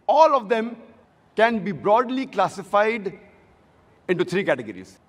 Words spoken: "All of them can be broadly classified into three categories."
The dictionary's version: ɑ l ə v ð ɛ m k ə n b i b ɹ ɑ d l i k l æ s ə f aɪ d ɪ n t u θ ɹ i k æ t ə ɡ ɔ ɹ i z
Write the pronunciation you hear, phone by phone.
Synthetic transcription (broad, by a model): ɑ l ə v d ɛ m k ə n b i b ɹ ɑ d l i k l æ s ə f aɪ d ɪ n t u t ɹ i k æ t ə ɡ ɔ ɹ i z